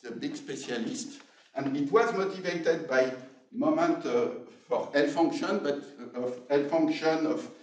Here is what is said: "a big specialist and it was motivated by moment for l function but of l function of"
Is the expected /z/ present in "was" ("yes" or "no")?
yes